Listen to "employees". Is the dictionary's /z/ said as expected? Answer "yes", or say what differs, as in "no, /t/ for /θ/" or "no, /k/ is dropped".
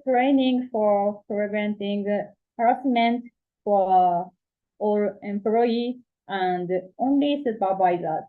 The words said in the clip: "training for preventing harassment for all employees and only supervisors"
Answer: no, /z/ is dropped